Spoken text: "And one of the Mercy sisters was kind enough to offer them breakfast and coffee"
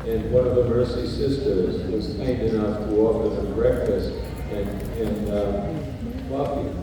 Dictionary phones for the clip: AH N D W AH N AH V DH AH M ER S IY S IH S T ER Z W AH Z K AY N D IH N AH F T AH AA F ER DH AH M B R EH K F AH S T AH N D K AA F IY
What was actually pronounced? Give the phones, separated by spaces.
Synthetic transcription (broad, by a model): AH N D W AH N AH V DH AH M ER S IY S IH S T ER Z W AH Z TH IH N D IH N AH F T AH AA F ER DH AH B R EH K F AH S T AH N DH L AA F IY